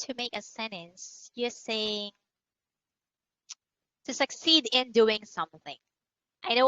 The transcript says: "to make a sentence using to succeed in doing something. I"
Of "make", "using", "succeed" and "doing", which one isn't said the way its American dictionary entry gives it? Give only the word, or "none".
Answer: using